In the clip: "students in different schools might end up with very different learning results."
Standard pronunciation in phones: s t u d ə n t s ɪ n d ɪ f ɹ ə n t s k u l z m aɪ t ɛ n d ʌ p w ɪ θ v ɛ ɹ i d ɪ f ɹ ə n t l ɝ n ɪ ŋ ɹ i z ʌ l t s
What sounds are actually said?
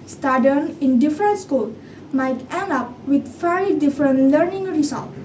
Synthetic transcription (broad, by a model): s t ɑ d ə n ɪ n d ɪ f ɹ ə n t s k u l m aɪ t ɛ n ʌ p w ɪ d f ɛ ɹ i d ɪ f ɹ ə n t l ɝ n ɪ ŋ ɹ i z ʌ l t